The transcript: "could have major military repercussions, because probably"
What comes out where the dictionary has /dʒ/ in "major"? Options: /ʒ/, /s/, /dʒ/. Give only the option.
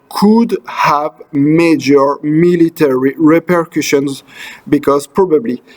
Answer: /dʒ/